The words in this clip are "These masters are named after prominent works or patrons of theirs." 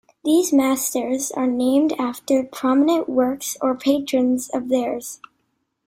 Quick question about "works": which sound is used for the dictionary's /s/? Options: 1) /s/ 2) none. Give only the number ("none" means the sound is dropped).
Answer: 1